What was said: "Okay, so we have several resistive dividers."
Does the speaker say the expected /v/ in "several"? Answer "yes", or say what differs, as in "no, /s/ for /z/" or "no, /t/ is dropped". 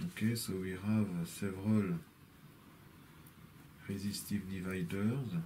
yes